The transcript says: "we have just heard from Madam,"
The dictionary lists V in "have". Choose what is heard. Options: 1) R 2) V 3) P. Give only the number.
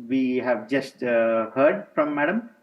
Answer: 2